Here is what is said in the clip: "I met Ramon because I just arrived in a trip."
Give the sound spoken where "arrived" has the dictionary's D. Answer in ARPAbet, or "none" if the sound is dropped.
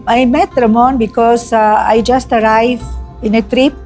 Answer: none